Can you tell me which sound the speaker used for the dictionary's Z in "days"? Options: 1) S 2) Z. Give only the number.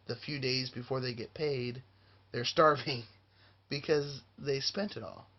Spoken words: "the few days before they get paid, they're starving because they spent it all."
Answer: 2